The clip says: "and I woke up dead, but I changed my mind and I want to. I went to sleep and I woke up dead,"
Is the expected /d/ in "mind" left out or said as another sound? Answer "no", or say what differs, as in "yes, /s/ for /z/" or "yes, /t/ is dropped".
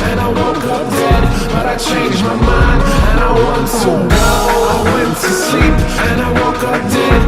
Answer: yes, /d/ is dropped